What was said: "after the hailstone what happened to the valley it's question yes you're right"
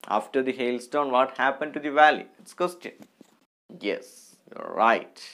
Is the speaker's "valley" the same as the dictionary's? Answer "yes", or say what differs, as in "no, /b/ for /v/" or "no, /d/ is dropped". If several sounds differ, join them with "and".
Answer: yes